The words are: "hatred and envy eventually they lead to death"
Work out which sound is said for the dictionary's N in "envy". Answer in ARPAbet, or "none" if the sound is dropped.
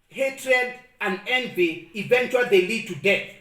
N